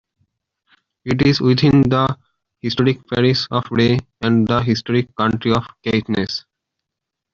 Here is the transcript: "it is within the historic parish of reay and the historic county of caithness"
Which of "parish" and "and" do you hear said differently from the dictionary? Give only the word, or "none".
parish